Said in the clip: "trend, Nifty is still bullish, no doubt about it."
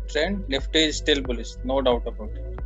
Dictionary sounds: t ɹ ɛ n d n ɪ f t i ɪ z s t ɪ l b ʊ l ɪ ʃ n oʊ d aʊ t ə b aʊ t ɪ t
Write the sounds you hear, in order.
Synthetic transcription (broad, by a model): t ɹ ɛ n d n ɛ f t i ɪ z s t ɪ l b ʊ l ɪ s n oʊ d aʊ t ə b aʊ t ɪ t